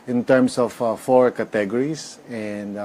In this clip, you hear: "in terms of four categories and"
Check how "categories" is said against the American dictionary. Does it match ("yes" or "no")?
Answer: no